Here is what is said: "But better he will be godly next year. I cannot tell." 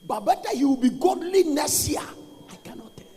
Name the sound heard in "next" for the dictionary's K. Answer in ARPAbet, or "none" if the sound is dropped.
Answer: none